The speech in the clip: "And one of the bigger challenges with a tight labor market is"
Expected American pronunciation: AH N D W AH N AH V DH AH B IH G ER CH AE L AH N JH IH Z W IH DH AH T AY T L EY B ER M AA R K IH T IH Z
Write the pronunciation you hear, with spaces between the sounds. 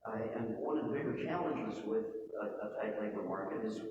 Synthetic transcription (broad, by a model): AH N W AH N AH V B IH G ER CH AE L AH N JH IH Z W IH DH AH T AY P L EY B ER M AA R K IH T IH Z